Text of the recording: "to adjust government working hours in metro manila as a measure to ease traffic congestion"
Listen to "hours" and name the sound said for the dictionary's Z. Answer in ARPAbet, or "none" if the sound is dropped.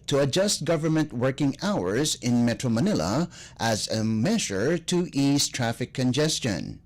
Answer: Z